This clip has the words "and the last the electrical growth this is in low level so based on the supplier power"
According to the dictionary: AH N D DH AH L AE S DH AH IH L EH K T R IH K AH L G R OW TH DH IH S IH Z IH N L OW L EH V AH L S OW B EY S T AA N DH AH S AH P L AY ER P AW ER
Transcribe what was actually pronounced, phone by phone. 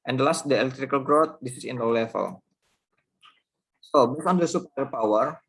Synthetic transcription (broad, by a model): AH N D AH L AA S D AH IH L EH K T R IH K AH L G R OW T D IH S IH S IH N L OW L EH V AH L S OW B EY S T AA N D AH S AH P AY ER P AW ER